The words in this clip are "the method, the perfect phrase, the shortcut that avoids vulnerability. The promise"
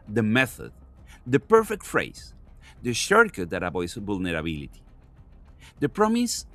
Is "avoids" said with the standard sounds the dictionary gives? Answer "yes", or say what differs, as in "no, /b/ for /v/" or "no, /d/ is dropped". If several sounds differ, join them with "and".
no, /b/ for /v/